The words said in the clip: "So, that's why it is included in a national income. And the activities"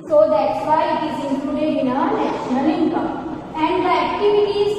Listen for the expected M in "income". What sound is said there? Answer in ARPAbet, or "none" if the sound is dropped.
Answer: none